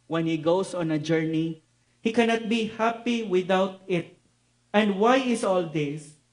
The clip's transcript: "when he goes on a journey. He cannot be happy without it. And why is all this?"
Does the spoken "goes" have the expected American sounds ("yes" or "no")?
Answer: no